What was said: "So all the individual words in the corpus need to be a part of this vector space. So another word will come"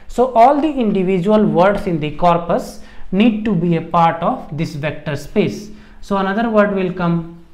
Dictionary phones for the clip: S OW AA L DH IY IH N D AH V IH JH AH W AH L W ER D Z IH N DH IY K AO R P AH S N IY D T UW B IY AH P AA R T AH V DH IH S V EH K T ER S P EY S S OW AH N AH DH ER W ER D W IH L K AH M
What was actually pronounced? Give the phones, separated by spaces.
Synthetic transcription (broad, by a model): S OW AA L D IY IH N D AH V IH JH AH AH L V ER D S IH N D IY K AO R P AH S N IY D T UW B IY AH P AA R T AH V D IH S V EH K T ER S P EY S S OW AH N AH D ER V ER D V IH L K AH M